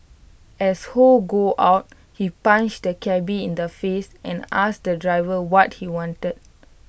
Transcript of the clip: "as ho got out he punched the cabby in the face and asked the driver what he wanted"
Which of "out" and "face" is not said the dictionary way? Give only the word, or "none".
none